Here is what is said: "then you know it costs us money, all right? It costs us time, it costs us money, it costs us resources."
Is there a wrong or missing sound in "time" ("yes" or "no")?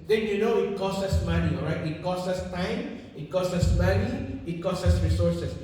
no